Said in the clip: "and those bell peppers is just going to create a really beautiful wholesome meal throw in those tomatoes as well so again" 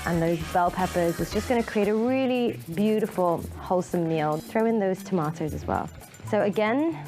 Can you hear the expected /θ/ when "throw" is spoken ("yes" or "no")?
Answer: yes